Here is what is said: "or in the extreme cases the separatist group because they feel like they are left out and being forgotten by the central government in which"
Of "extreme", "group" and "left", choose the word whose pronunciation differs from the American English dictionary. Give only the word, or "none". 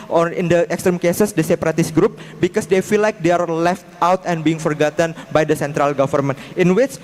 none